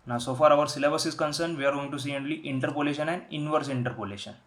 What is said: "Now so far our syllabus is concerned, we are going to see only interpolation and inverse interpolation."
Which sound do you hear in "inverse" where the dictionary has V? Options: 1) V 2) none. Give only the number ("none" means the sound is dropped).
1